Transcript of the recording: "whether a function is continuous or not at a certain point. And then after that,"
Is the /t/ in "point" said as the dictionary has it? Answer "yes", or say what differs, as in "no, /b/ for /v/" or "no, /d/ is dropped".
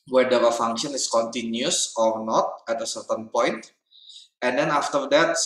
yes